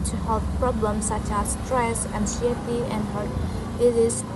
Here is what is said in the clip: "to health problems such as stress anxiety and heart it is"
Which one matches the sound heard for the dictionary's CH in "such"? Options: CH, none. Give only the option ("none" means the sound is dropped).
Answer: CH